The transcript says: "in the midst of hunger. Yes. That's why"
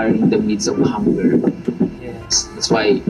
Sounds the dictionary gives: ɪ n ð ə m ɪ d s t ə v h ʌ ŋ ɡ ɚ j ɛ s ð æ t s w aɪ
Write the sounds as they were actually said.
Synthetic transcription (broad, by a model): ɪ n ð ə m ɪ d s ə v h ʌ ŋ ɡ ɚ j ɛ s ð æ t s w aɪ